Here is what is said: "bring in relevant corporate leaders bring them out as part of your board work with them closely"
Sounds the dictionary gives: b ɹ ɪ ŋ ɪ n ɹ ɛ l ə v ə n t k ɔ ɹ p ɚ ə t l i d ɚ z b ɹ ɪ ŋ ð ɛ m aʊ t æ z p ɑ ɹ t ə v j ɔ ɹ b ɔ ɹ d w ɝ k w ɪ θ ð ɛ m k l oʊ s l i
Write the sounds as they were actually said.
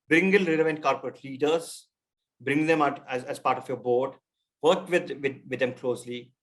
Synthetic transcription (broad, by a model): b ɹ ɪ ŋ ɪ l ɹ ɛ l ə v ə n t k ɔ ɹ p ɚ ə t l i d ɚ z b ɹ ɪ ŋ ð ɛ m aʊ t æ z p ɑ ɹ t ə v j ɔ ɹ b ɔ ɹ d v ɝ k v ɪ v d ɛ m k l oʊ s l i